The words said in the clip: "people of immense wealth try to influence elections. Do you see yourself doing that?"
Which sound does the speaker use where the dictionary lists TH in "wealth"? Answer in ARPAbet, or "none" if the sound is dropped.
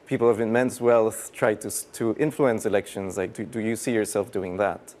TH